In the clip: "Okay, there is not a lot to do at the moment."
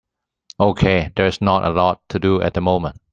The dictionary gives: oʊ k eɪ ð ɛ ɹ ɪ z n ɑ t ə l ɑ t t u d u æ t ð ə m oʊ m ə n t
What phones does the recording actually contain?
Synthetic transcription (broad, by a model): oʊ k eɪ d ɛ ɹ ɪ s n ɑ t ə l ɑ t t u d u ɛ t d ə m oʊ m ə n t